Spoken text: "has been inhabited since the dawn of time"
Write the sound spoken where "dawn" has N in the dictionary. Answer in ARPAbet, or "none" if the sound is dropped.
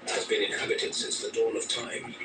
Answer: L